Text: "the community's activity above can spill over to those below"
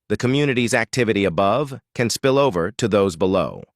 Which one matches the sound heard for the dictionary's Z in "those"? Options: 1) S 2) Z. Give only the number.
2